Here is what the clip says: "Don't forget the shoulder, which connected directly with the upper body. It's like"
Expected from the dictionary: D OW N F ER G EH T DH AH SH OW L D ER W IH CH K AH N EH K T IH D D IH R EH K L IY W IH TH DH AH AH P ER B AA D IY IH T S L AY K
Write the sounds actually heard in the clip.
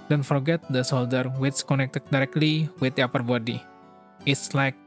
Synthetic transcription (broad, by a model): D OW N F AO G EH T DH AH S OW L D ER W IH S K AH N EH K T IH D D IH R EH K L IY W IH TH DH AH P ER B AA D IY IH T S L AY K